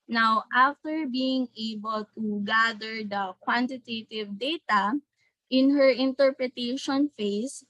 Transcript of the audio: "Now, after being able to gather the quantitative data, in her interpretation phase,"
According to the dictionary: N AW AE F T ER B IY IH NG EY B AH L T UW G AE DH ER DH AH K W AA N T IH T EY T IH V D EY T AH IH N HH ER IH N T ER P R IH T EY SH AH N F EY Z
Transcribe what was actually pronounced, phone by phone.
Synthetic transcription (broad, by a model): N AW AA F T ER B IY IH NG EY B AH L T UW G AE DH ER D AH K W AA N T IH T EY T IH V D EY T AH IH N HH ER IH N T ER P R IH T EY SH AH N F EY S